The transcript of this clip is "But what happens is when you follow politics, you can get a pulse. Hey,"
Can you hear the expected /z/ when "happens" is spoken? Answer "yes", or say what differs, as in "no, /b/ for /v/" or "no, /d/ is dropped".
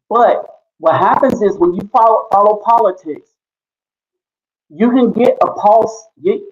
yes